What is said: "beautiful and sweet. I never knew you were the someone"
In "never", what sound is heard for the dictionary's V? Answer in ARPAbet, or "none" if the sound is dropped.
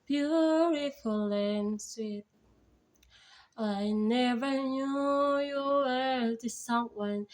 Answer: V